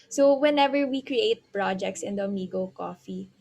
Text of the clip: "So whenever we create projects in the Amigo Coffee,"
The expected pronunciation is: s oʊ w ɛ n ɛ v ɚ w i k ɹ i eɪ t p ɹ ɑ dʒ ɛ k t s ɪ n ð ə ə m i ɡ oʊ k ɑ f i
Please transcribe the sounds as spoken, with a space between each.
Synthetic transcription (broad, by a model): s oʊ w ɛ n ɛ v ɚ w i k ɹ i eɪ t p ɹ ɑ dʒ ɛ k t s ɪ n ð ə ə m i ɡ oʊ k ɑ f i